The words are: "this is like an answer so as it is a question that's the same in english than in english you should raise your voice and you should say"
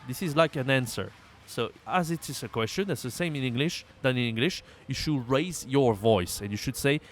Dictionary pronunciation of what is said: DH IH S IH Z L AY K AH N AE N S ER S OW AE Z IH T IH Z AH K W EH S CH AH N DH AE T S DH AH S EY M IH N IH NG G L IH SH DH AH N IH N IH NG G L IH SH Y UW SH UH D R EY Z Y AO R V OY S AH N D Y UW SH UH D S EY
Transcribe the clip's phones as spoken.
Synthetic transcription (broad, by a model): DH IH S IH Z L AY K AH N AE N S ER S OW AE Z IH T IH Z AH K W EH S CH AH N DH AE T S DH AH S EY M IH N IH NG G L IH SH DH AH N IH N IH NG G L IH SH Y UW SH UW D R EY Z Y AO R V OY S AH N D Y UW SH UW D S EY